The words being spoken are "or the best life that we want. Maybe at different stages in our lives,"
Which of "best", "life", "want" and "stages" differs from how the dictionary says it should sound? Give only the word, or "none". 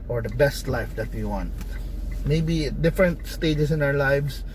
stages